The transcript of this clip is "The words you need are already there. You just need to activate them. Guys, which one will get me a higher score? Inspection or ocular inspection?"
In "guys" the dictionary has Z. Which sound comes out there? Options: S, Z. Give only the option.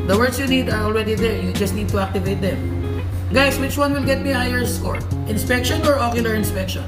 S